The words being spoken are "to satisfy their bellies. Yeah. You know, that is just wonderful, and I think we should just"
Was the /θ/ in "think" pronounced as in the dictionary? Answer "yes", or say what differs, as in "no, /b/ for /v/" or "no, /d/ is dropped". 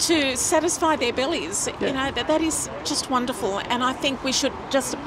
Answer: yes